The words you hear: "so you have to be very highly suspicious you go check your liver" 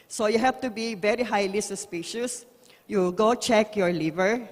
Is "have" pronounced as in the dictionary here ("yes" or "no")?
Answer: no